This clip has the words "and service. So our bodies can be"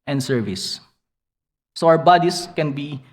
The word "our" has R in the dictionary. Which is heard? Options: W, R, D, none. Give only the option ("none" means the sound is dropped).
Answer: W